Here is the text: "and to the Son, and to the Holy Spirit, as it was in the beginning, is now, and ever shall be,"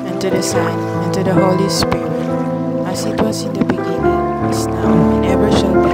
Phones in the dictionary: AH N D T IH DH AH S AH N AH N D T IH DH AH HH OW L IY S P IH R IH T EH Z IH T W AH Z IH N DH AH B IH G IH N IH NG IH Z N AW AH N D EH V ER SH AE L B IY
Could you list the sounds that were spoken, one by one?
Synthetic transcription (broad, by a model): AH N T IH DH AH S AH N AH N T IH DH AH HH OW L IY S P IH R IH T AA S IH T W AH S IH N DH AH B IH G IH N IH NG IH S N AW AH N EH V ER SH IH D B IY